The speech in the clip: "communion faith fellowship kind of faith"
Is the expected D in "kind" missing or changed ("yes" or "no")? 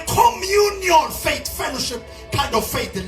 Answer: no